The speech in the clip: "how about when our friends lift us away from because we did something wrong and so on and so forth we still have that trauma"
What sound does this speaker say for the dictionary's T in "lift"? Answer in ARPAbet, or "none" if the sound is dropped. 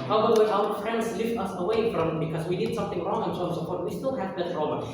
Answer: T